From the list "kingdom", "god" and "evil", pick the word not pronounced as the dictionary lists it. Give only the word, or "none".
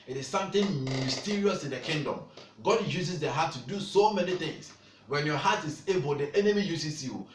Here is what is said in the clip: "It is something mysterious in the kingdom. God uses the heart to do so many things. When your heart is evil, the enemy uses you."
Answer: evil